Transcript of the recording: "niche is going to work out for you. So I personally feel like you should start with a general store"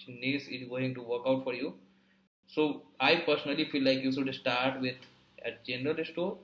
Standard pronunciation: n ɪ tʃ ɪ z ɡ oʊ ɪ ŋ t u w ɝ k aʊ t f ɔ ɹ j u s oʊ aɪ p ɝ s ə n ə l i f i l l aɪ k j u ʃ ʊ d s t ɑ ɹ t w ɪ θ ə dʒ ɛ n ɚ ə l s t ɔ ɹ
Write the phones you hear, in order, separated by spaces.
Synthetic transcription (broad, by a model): n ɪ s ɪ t ɡ oʊ ɪ ŋ t u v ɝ k aʊ t f ɔ ɹ j u s oʊ aɪ p ɝ s ə n ə l i f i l l aɪ k j u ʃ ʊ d s t ɑ ɹ t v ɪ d ə dʒ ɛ n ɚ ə l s t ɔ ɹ